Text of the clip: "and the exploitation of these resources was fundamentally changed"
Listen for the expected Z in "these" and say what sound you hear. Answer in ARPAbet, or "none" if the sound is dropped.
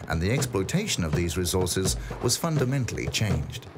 Z